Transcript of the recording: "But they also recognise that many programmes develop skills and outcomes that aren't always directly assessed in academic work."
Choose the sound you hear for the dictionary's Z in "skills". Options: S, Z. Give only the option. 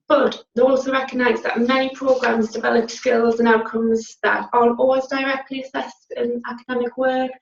Z